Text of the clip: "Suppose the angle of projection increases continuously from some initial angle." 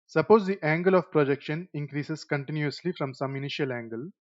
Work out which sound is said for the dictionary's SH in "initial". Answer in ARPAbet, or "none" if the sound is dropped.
SH